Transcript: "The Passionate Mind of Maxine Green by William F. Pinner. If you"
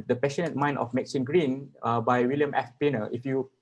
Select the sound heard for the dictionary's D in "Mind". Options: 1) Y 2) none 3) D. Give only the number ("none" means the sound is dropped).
2